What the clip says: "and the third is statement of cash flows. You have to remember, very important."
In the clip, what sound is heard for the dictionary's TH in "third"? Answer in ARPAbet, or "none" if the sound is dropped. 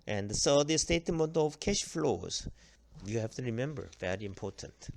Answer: S